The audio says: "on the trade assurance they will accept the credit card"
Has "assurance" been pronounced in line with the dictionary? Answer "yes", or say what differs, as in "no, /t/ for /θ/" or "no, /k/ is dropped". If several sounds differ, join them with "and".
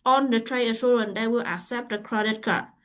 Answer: no, /l/ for /ɹ/